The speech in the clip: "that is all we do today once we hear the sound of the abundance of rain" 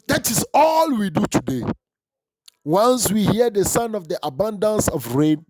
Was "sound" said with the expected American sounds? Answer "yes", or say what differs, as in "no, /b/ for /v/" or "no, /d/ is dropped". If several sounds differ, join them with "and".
no, /d/ is dropped